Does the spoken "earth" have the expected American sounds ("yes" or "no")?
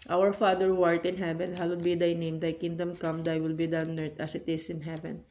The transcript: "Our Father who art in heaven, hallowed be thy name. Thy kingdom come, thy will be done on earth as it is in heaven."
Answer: no